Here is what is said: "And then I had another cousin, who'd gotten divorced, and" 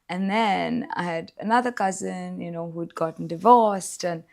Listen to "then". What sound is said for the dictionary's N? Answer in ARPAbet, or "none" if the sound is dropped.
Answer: N